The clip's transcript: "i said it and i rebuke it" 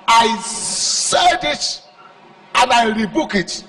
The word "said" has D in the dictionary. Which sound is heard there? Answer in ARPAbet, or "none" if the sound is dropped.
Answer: D